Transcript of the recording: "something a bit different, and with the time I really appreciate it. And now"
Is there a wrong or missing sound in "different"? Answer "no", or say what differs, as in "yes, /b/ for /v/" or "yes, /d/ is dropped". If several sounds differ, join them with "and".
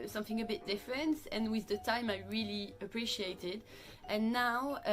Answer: no